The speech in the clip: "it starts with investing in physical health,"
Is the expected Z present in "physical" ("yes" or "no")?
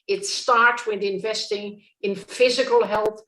yes